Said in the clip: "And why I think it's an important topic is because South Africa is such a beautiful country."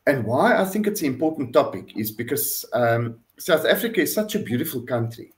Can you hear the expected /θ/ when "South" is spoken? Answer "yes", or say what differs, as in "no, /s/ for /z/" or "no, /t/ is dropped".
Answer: yes